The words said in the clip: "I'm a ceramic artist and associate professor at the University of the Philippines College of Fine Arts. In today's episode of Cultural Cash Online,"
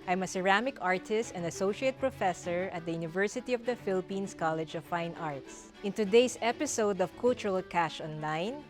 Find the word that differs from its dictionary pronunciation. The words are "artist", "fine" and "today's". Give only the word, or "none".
today's